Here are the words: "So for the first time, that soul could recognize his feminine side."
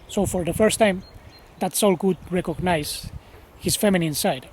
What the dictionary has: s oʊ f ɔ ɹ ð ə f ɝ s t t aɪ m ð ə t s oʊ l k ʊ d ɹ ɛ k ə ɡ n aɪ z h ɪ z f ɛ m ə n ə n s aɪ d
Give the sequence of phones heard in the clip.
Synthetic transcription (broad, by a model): s oʊ f ɔ ɹ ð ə f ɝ s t t aɪ m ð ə t s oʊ l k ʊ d ɹ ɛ k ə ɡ n aɪ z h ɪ s f ɛ m ə n ə n s aɪ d